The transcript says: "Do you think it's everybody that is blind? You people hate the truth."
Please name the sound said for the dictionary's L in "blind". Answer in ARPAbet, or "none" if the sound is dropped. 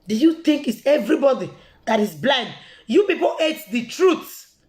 L